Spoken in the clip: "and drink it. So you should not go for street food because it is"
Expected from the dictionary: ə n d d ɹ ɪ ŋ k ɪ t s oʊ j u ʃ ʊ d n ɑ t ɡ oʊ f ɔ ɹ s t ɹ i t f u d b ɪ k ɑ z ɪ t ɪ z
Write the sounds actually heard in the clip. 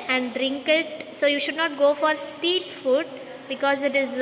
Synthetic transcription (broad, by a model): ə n d d ɹ ɪ ŋ k ɪ t s oʊ j u ʃ ʊ d n ɑ t ɡ oʊ f ɔ ɹ s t i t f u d b ɪ k ɑ z ɪ t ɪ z